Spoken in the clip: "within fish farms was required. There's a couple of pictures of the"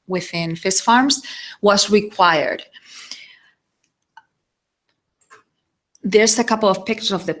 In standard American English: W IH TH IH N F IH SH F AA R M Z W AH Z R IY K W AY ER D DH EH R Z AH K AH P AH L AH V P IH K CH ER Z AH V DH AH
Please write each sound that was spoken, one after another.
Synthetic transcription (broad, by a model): W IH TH IH N F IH S F AA R M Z W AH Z R IY K W AY ER D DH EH R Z AH K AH P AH L AH V P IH K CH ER AH V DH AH